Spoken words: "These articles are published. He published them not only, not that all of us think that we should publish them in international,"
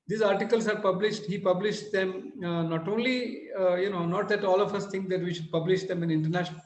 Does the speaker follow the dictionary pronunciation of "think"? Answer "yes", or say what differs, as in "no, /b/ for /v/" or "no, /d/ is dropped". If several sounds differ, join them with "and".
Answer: no, /t/ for /θ/